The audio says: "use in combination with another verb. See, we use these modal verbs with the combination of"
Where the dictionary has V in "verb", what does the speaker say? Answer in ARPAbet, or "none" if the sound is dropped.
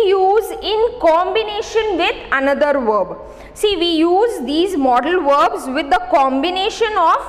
V